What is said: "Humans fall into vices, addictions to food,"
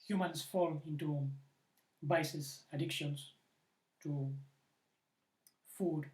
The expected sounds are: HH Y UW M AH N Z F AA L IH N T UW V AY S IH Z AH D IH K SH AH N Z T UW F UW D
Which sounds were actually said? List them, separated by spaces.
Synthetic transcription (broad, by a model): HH Y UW M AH N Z F AA L IH N T UW B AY S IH S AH D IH K SH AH N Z T UW F UW D